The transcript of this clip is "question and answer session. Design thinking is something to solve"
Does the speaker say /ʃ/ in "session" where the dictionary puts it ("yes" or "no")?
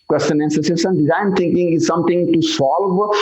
no